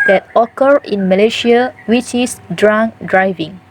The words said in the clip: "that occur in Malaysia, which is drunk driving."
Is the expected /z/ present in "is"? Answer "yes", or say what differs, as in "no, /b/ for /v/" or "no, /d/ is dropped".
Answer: no, /s/ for /z/